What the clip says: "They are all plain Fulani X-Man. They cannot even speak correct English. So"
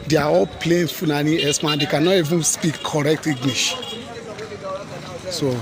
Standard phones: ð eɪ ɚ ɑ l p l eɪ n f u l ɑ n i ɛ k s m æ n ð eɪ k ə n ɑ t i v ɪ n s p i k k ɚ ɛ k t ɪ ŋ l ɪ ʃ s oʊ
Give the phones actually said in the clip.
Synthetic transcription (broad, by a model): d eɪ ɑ ɑ l p l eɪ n f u n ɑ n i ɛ s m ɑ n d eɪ k ə n ɑ t i v ɪ n s p i k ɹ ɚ ɛ k t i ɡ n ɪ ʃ s oʊ